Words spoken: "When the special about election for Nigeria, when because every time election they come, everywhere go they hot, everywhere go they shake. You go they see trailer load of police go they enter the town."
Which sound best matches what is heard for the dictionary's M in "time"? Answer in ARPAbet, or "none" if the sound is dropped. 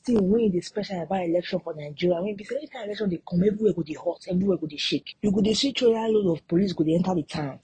none